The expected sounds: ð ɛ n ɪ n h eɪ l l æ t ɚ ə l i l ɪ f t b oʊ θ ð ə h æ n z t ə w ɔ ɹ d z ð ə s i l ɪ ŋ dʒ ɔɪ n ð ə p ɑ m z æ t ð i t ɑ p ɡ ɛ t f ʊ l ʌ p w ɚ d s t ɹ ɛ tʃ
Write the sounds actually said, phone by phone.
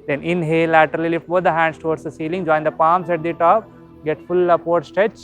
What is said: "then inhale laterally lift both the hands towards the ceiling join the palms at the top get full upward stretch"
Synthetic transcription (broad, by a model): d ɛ n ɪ n h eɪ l l æ t ɚ ə l i l ɪ f t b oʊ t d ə h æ n s t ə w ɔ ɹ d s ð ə s i l ɪ ŋ dʒ ɔɪ n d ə p ɑ m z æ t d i t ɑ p ɡ ɛ t f ʊ l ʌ p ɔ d s t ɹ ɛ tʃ